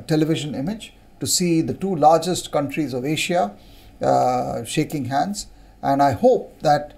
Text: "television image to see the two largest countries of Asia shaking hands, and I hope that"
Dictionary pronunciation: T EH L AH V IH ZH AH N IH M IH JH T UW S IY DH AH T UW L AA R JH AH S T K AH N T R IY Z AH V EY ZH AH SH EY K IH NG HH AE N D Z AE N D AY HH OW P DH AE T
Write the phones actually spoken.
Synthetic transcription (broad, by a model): T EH L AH V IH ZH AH N IH M IH JH T UW S IY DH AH T UW L AA R JH AH S T K AH N T R IY Z AH V EY SH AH SH EY K IH NG HH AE N D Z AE N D AY HH OW P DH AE T